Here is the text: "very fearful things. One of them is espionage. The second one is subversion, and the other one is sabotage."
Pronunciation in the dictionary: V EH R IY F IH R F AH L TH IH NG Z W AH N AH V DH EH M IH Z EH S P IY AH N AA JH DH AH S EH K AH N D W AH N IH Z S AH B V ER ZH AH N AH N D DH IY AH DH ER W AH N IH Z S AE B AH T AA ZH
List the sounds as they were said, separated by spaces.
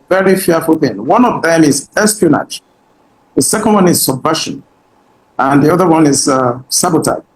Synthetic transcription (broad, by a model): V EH R IY F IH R F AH L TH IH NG W AH N AH V DH EH M IH Z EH S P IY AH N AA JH DH AH S EH K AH N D W AH N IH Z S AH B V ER SH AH N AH N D DH IY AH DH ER W AH N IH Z S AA B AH T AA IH